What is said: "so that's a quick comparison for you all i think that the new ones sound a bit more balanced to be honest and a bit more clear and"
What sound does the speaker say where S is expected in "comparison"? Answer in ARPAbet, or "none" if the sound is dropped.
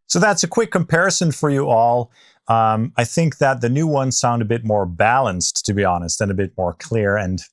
S